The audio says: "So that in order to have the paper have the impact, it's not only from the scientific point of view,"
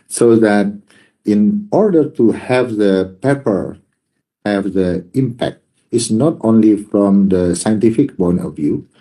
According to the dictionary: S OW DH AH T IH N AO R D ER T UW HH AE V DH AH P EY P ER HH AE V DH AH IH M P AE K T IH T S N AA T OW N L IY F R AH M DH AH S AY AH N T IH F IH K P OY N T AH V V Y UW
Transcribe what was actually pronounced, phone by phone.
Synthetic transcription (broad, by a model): S OW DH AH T IH N AO R D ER T UW HH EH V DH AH P EY P ER HH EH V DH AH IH M P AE K T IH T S N AA T OW N L IY F R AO M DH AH S AY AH N T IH F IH K B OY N AH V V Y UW